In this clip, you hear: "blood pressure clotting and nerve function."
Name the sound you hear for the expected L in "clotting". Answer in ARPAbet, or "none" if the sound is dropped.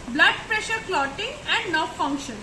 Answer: L